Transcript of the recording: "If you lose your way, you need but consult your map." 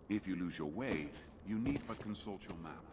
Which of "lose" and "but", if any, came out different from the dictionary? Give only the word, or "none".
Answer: none